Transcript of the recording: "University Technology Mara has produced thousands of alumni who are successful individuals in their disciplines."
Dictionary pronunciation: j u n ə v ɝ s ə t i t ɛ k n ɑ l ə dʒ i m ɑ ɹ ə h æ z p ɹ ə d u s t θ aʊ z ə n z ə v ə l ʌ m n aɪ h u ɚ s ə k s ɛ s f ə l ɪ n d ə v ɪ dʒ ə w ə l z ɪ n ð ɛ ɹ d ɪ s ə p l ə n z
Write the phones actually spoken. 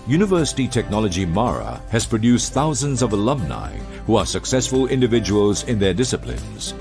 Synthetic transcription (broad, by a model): j u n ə v ɝ s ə t i t ɛ k n ɑ l ə dʒ i m ɑ ɹ ə h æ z p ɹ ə d u s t θ aʊ z ə n z ə v ə l ʌ m n aɪ h u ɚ s ə k s ɛ s f ə l ɪ n d ə v ɪ dʒ ə w ə l z ɪ n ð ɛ ɹ d ɪ s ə p l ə n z